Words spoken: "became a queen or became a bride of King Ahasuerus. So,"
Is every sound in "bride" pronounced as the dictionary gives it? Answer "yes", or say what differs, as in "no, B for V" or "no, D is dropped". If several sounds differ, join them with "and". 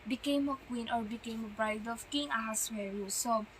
yes